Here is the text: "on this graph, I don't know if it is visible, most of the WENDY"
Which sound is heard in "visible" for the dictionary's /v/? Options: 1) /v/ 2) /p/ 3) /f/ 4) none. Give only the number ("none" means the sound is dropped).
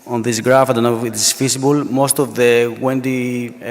3